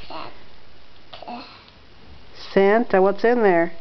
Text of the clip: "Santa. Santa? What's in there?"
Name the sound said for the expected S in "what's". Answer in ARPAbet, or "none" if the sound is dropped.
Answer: S